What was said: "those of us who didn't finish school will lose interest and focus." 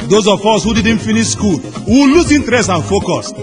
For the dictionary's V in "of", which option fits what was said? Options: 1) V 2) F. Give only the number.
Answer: 2